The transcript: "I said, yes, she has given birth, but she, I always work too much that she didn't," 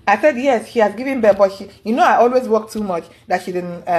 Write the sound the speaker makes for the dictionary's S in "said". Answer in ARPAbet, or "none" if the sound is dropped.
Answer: S